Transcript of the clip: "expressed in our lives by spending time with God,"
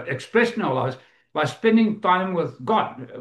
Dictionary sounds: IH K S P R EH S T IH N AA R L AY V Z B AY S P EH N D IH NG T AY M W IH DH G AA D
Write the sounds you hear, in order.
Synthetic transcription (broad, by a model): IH K S P R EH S N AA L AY Z B AY S P EH N D IH NG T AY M W IH DH G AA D